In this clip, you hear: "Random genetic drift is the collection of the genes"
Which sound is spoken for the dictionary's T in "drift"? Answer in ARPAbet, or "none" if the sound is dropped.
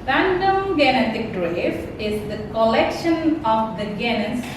none